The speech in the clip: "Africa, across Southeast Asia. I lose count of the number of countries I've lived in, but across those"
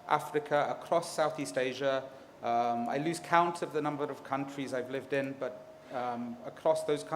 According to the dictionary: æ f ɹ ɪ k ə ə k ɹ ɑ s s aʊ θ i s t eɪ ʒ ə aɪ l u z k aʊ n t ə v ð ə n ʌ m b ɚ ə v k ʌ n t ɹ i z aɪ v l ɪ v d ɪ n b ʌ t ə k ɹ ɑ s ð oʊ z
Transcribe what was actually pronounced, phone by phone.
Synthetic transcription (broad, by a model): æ f ɹ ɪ k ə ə k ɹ ɑ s s aʊ θ i s t eɪ ʒ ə aɪ l u z k aʊ n t ə v ð ə n ʌ m b ɚ ə v k ʌ n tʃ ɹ i z aɪ v l ɪ v d ɪ n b ʌ t ə k ɹ ɑ s ð oʊ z